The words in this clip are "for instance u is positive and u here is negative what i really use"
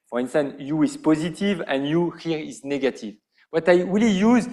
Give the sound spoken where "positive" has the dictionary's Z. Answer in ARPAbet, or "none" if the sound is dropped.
Z